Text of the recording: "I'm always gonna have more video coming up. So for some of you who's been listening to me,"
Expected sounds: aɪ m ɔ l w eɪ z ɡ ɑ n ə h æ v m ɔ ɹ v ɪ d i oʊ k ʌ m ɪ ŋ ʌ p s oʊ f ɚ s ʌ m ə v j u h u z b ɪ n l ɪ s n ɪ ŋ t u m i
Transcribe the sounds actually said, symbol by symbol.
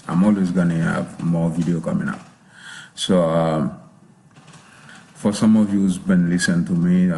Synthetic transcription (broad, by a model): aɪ m ɔ l w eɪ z ɡ ɑ n ə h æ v m ɔ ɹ v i d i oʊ k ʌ m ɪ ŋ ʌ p s oʊ f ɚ s ʌ m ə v j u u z b ɪ n l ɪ s ɪ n t u m i